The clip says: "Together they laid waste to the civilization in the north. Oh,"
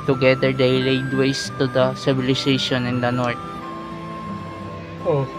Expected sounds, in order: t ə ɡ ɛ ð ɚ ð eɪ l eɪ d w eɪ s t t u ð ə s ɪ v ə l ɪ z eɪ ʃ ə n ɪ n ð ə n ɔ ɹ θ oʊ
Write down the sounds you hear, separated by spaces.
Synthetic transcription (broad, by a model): t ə ɡ ɛ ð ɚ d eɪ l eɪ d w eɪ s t t u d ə s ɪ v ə l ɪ s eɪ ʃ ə n ɪ n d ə n ɔ ɹ t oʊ